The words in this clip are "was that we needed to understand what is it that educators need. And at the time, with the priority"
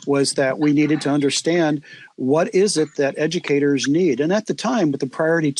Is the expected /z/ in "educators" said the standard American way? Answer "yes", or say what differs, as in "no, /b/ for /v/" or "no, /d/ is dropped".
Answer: yes